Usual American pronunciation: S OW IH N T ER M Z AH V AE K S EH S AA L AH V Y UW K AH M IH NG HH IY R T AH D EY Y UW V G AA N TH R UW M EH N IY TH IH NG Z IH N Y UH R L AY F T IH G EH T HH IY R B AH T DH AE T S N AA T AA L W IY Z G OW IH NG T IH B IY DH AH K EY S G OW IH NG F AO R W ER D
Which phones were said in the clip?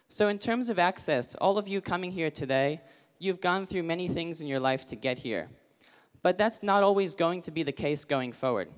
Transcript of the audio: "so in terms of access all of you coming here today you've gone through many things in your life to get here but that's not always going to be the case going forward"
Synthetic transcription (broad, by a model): S OW IH N T ER M Z AH V AE K S EH S AA L AH V Y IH K AH M IH NG HH IY R T AH D EY Y UW V G AA N TH R UW M EH N IY TH IH NG Z IH N Y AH R L AY F T IH G EH T HH IY R B AH T DH AE T S N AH T AA L W IY Z G OW IH NG T IH B IY DH AH K EY S G OW IH NG F AO R W ER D